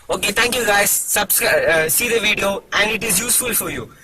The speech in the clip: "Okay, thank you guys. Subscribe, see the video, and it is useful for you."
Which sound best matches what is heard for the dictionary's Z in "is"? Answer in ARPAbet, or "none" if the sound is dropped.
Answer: Z